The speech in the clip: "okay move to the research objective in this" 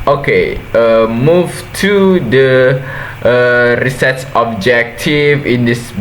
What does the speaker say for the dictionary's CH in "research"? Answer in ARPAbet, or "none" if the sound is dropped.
S